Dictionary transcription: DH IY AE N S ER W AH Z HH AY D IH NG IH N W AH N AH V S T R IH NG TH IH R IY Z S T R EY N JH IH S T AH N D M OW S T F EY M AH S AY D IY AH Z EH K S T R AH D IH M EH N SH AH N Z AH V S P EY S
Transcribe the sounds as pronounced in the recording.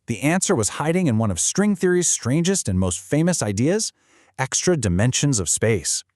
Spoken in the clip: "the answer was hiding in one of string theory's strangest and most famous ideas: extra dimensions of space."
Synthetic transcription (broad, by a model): DH IY AE N S ER W AH Z HH AY D IH NG IH N W AH N AH V S T R IH NG TH IH R IY Z S T R EY N JH IH S T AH N M OW S T F EY M AH S AY D IY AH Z EH K S T R AH D IH M EH N SH AH N Z AH V S P EY S